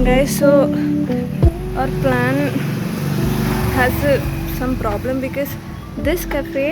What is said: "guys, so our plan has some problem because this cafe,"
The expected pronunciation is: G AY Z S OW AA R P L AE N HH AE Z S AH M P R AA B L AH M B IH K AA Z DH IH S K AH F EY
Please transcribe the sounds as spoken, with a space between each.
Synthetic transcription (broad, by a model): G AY S OW AA R P L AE N HH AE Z S AH M P R AA B L AH M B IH K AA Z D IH S K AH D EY